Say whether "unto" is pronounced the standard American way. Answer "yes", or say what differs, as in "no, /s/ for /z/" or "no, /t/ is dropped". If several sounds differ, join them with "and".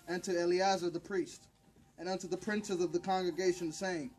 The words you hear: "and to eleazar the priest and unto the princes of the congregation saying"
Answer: yes